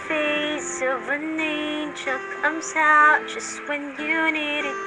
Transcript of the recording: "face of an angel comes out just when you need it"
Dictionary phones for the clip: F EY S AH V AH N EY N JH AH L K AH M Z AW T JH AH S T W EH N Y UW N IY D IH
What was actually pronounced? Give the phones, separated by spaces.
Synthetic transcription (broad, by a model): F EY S AH V AH N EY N CH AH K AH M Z AW T JH AH S T W EH N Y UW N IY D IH